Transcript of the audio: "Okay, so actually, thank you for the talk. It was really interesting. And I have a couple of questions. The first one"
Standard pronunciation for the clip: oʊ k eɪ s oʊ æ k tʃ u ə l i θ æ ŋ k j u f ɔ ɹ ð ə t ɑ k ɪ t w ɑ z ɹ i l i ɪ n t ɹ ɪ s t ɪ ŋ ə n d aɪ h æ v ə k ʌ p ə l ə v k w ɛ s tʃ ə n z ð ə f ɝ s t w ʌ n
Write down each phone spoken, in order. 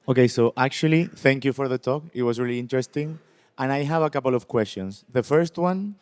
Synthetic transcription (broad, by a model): oʊ k eɪ s oʊ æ k tʃ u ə l i θ æ ŋ k j u f ɔ ɹ ð ə t ɑ k ɪ t w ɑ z ɹ i l i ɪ n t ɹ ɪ s t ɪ ŋ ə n aɪ h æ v ə k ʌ p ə l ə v k w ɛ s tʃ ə n s ð ə f ɝ s t w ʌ n